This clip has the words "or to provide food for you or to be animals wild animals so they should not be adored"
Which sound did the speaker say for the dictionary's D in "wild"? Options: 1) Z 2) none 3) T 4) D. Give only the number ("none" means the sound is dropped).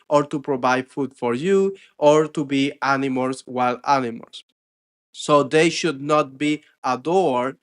2